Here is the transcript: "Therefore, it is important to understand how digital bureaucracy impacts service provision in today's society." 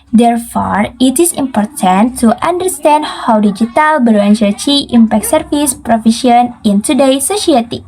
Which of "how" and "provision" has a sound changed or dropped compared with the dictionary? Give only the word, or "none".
provision